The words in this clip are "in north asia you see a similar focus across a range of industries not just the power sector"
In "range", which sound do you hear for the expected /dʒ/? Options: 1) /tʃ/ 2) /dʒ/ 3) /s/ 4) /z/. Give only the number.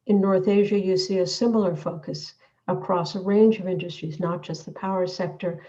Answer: 2